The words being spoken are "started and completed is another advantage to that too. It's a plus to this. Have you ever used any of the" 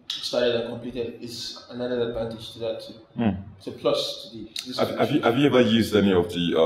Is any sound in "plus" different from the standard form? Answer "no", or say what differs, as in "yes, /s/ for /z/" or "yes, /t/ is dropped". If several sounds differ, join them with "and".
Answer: no